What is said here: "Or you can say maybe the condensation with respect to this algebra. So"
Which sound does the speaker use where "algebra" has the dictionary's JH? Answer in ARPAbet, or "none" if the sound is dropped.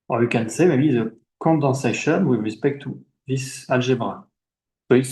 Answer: ZH